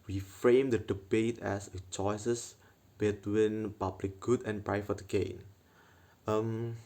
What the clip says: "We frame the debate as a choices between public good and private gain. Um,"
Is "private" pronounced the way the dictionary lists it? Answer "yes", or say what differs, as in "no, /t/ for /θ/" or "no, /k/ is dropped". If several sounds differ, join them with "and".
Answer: no, /f/ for /v/